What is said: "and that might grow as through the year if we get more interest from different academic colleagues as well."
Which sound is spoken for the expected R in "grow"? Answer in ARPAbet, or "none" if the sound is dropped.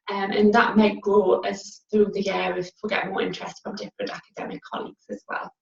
L